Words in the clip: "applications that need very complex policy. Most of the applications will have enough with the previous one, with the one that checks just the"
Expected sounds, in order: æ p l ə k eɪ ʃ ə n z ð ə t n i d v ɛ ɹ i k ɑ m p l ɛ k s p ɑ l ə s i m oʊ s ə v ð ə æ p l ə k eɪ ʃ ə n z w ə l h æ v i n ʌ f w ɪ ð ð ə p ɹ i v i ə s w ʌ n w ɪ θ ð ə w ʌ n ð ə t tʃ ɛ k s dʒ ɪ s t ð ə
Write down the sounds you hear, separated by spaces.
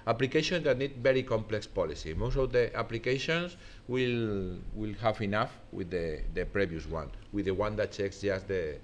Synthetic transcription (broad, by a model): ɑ p l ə k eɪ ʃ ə n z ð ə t n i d b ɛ ɹ i k ɑ m p l ɛ k s p ɑ l ə s i m oʊ s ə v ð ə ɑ p l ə k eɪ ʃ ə n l w ə l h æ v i n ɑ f w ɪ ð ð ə p ɹ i b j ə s w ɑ n w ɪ ð ə w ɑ n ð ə t tʃ ɛ k s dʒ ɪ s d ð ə